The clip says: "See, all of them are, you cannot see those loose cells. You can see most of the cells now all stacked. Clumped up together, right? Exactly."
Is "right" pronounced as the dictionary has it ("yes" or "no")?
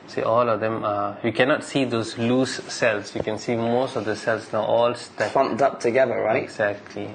no